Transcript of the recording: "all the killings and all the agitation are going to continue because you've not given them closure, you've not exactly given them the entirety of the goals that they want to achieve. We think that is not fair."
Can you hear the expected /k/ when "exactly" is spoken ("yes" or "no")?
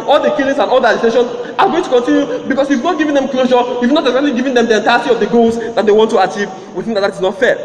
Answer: no